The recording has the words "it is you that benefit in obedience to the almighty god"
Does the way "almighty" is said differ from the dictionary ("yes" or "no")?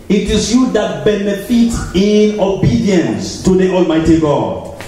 no